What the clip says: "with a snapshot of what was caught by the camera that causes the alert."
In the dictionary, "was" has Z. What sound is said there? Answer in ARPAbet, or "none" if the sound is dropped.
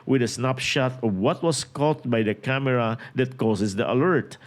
S